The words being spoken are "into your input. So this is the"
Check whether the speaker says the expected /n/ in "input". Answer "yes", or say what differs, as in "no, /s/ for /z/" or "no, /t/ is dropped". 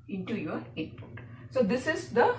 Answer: no, /n/ is dropped